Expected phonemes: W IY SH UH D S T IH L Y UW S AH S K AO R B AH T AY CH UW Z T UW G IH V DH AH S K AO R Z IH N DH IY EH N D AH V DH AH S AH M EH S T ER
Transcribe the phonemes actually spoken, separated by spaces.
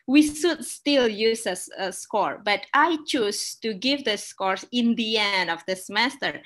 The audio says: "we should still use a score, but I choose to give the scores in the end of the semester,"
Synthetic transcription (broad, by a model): W IY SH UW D S T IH L Y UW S AH S K AO R B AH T AY CH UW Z T UW G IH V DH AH S K AO R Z IH N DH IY EH N D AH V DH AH S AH M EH S T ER